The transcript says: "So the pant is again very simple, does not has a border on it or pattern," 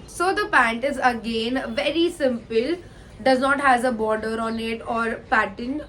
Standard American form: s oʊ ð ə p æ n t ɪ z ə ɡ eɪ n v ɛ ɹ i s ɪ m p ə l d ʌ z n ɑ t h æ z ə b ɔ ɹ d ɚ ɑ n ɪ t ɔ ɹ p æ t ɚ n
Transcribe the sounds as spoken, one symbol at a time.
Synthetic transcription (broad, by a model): s oʊ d ə p æ n t ɪ z ə ɡ eɪ n v ɛ ɹ i s ɪ m p ə l d ʌ z n ɑ t h æ z ə b ɔ ɹ d ɚ ɑ n ɪ t ɔ ɹ p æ t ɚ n